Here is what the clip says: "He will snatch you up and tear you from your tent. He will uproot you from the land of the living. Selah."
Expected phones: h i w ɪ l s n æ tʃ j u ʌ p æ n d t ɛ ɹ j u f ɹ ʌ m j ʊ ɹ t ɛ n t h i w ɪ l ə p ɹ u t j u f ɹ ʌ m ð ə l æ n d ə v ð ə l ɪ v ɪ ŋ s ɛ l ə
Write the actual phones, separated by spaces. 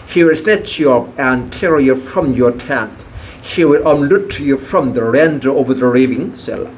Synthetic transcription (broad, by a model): h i w ɪ l s n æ tʃ j u ʌ p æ n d t ɛ ɹ j u f ɹ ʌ m j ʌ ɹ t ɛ t h i w ɪ l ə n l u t j u f ɹ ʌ m ð ə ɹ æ n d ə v ð ə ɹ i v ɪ ŋ s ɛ l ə